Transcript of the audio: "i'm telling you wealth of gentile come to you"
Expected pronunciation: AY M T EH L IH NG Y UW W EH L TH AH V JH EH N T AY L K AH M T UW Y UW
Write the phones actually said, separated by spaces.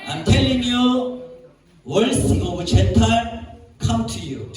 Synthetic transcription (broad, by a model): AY M T EH L IH NG Y UW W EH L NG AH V CH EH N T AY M K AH M T UW Y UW